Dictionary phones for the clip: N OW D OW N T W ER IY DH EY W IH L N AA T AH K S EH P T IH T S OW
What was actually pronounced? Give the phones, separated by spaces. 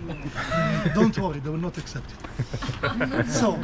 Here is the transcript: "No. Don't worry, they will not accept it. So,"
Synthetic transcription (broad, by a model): D OW N T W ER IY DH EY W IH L N AA T AH K S EH P T IH T S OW